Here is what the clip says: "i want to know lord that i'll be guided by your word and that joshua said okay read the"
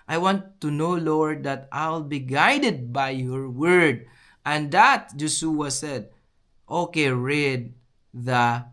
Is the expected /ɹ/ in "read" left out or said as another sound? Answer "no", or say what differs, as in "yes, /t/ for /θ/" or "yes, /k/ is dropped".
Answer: no